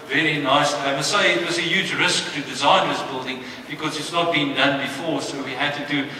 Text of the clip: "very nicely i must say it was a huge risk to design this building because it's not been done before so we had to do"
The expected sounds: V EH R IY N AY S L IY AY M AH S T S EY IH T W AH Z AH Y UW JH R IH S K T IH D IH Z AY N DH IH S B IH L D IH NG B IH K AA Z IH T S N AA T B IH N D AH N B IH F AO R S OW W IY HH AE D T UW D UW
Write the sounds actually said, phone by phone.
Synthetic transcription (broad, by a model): V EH R IY N AY S IY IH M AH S S EY IH T W AH Z AH Y UW JH R IH S K T IH D IH Z AY N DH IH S B IH L D IH NG B IH K AA Z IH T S N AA T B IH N D AH N B IH F AO R S OW W IY HH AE D T UW D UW